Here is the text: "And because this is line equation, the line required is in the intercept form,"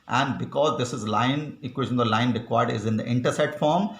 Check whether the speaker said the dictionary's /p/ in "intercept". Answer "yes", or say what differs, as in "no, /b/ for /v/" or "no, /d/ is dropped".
no, /p/ is dropped